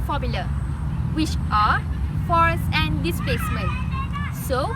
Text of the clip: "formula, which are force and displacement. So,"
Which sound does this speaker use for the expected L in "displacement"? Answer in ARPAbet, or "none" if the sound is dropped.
none